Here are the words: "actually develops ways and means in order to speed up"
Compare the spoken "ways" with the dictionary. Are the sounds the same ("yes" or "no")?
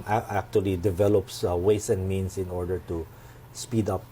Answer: no